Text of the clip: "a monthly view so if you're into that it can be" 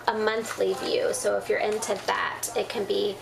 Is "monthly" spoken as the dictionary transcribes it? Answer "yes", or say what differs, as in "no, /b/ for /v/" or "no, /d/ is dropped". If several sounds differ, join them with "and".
yes